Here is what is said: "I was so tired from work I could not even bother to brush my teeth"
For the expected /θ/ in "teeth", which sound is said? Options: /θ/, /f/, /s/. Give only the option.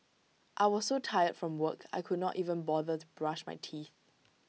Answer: /θ/